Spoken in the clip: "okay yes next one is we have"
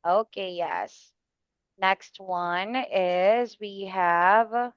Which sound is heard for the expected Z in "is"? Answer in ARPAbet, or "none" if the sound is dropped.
Z